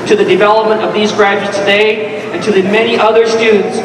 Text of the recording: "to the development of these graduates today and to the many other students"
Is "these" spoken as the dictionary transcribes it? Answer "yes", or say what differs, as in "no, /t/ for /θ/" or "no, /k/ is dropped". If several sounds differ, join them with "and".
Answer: yes